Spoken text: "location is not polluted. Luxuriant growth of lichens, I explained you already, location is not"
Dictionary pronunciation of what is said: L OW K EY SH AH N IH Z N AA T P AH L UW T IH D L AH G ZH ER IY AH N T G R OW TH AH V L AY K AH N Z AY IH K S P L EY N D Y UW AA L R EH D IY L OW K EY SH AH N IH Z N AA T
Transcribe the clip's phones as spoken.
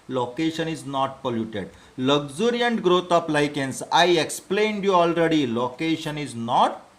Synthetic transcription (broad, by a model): L OW K EY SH AH N IH Z N AA T P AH L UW T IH D L AH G Z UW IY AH N T G R OW T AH P L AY K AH N S AY IH K S P L EY N D Y UW AA L R EH D IY L OW K EY SH AH N IH Z N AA T